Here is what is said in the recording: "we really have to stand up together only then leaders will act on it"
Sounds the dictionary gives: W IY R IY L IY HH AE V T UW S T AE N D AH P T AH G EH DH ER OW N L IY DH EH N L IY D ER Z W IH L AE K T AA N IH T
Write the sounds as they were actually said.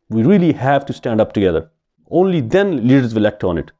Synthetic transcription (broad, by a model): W IY R IY L IY HH AE V T UW S T AE N D AH P T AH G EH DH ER OW N L IY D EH N L IY D ER Z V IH L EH K T AA N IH T